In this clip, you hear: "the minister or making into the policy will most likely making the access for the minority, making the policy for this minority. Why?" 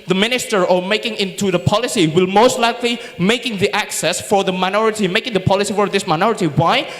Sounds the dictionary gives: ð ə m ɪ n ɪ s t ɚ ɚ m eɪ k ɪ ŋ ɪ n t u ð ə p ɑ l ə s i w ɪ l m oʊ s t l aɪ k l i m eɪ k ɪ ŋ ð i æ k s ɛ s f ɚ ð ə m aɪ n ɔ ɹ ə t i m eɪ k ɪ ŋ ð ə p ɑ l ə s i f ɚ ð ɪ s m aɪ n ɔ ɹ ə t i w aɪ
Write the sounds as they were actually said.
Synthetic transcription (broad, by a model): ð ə m ɪ n ɪ s t ɚ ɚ m eɪ k ɪ ŋ ɪ n t u ð ə p ɑ l ə s i w ɪ l m oʊ s t l aɪ k l i m eɪ k ɪ ŋ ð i æ k s ɛ s f ɚ ð ə m aɪ n ɔ ɹ ə t i m eɪ k ɪ ŋ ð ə p ɑ l ə s i f ɚ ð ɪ s m aɪ n ɔ ɹ ə t i w aɪ